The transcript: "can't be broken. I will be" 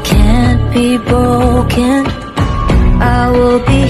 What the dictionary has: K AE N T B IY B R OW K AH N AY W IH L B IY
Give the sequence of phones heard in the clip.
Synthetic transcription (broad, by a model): K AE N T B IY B OW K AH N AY W IH L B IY